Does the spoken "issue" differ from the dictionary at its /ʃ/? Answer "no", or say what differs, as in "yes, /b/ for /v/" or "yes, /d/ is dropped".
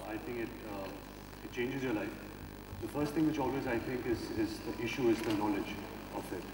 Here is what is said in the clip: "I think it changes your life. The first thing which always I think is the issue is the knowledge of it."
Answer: no